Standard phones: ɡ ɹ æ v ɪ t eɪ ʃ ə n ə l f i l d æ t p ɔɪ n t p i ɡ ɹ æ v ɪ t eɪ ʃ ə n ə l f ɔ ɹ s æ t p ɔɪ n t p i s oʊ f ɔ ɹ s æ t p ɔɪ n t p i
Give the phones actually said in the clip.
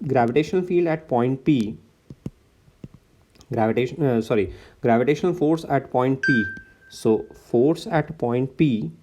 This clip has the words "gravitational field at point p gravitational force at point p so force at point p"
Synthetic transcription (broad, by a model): ɡ ɹ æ v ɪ t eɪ ʃ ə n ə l f i l d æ t p ɔɪ n t p i ɡ ɹ æ v ɪ t eɪ ʃ ə n ə l f ɔ ɹ s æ t p ɔɪ n t p i s oʊ f ɔ ɹ s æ t p ɔɪ n t p i